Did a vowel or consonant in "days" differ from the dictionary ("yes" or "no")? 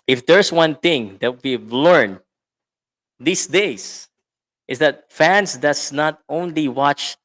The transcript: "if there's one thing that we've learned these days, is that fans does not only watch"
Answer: yes